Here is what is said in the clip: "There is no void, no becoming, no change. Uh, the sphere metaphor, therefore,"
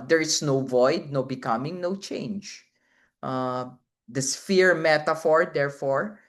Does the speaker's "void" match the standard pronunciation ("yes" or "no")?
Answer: yes